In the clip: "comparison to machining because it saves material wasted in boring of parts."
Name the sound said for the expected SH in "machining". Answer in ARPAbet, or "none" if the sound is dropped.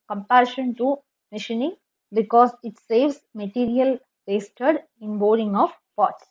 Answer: SH